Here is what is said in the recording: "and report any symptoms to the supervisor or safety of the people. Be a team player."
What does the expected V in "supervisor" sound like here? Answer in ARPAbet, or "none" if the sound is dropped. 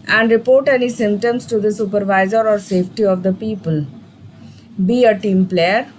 V